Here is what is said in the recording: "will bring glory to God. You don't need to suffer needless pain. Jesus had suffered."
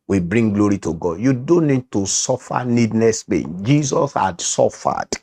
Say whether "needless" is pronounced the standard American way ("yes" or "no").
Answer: no